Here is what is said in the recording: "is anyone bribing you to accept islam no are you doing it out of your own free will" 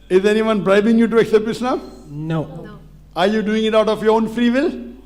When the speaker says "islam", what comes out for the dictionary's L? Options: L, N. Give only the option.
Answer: N